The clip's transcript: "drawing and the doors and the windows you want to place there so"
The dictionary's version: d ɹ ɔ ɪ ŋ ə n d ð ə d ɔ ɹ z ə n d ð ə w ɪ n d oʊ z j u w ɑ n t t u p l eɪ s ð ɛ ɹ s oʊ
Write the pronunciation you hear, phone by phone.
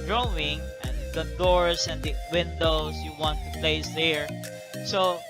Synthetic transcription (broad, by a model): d ɹ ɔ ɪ ŋ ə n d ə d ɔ ɹ s ə n d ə w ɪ n d oʊ s j u w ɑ n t t u p l eɪ s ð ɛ ɹ s oʊ